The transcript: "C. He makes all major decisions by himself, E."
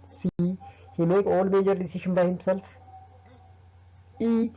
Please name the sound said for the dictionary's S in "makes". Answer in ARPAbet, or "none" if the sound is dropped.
none